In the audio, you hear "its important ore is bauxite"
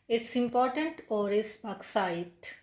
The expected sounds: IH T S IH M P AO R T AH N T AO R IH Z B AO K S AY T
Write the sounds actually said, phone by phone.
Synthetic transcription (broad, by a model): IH T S IH M P AO R T AH N T AO R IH S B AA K S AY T